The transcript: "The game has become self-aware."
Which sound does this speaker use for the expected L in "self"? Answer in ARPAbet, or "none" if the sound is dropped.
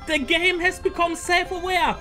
none